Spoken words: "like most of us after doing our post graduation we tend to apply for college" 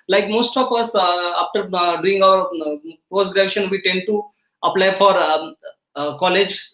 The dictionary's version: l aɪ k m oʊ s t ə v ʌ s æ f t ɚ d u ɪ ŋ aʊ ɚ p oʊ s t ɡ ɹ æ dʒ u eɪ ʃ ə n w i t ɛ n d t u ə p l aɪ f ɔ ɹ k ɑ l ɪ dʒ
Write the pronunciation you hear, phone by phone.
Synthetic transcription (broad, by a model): l aɪ k m oʊ s t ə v ʌ s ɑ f t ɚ d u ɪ ŋ aʊ ɚ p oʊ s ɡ ɹ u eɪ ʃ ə n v i t ɛ n d t u ə p l aɪ f ɔ ɹ k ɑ l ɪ dʒ